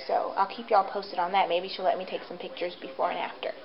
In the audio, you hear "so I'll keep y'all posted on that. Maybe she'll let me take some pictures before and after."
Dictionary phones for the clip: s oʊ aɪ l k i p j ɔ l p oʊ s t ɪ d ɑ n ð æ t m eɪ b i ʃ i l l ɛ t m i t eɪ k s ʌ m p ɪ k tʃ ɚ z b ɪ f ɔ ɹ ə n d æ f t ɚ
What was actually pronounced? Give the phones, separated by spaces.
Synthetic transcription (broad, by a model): s oʊ aɪ l k i p j ɔ l p oʊ s t ɪ d n ð æ t m eɪ b i ʃ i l l ɛ t m i t eɪ k s ʌ m p ɪ k tʃ ɚ z b ɪ f ɔ ɹ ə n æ f t ɚ